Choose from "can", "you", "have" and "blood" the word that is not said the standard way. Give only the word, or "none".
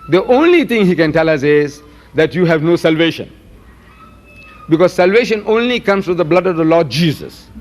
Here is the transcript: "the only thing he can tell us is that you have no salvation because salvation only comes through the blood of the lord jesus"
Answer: none